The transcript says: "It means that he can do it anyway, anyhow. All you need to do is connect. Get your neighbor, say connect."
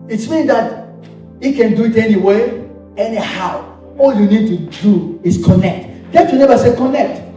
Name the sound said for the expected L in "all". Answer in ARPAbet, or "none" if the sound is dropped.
L